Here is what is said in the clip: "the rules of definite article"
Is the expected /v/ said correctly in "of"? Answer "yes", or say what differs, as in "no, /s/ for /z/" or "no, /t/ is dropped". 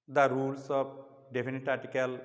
no, /p/ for /v/